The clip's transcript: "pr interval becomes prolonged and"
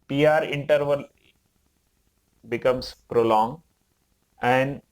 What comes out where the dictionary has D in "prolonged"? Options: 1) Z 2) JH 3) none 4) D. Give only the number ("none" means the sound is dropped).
3